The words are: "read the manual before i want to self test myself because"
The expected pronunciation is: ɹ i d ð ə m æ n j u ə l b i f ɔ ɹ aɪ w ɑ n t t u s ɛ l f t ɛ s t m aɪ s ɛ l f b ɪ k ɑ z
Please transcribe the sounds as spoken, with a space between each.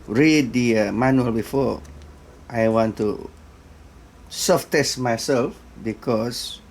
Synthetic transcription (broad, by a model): ɹ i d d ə m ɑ n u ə l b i f ɔ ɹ aɪ w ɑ n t t u s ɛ f t ɛ s t m aɪ s ɛ l f b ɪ k ɑ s